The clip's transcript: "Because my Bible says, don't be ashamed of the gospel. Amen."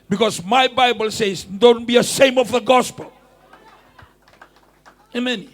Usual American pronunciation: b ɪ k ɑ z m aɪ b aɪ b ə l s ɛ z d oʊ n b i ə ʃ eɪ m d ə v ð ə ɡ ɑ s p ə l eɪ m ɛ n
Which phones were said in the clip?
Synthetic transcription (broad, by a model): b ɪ k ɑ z m aɪ b aɪ b ə l s ɛ z d oʊ n b i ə s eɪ m ə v ð ə ɡ ɑ s p ə l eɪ m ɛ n